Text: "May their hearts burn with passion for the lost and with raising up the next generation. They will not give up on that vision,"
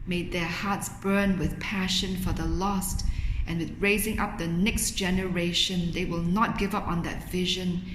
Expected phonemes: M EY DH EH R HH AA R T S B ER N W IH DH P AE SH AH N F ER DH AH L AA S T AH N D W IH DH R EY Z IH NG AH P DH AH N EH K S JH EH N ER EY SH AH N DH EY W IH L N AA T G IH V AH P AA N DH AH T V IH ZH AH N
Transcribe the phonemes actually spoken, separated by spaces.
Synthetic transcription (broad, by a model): M EY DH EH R HH AA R T S B ER N W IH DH P AE SH AH N F ER DH AH L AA S T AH N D W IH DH R EY Z IH NG AH P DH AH N EH K S JH EH N ER EY SH AH N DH EY W IH L N AA T G IH V AH P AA N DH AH T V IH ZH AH N